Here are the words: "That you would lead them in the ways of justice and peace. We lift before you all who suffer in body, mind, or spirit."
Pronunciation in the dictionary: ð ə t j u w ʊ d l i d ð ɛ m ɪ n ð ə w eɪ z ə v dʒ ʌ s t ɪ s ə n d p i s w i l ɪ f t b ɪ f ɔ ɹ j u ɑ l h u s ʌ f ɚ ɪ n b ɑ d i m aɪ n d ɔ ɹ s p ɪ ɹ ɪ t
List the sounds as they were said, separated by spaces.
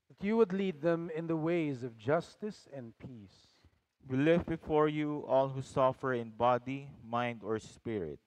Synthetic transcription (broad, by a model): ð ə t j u w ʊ d l i d ð ɛ m ɪ n ð ə w eɪ z ə v dʒ ʌ s t ɪ s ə n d p i s w i l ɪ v b ɪ f ɔ ɹ j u ɑ l h u s ʌ f ɚ ɪ n b ɑ d i m aɪ n d ɔ ɹ s p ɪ ɹ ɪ t